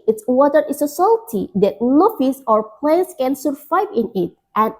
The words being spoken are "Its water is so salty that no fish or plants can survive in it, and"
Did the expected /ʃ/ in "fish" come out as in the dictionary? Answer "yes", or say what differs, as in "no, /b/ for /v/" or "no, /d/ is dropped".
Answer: no, /s/ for /ʃ/